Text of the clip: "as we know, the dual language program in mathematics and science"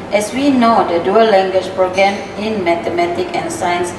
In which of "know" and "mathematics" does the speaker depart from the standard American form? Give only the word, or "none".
mathematics